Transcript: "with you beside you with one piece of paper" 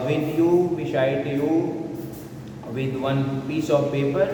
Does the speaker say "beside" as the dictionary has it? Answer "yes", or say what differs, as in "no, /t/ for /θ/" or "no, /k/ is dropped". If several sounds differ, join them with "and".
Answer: no, /ʃ/ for /s/